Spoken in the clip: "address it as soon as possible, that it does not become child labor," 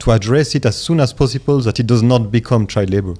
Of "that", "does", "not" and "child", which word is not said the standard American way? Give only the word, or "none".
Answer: child